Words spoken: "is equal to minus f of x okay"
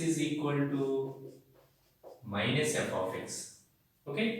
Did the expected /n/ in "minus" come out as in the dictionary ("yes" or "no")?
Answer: yes